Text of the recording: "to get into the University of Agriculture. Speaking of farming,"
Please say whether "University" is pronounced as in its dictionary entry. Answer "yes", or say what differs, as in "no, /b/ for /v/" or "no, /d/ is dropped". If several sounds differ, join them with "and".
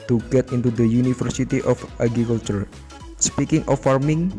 no, /f/ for /v/